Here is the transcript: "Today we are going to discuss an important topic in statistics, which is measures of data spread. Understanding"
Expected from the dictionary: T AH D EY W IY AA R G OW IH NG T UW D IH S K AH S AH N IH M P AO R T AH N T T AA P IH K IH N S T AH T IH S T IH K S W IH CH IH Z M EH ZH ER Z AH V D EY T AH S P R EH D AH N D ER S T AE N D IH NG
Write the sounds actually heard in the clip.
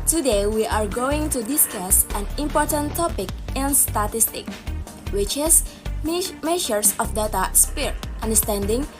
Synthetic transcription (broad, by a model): T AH D EY W IY AA R G OW IH NG T UW D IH S K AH S AH N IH M P AO R T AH N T T AA P IH K IH N S T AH T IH S T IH K W IH CH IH S M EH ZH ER S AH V D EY T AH S P R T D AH N D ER S T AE N D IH NG